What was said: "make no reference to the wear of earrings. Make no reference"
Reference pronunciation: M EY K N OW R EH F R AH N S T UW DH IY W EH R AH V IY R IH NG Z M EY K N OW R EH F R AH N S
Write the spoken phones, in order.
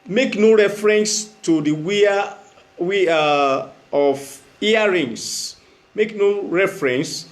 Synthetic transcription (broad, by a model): M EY K N OW R EH F R AH N S T UW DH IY W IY W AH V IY R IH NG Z M EY K N OW R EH F R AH N S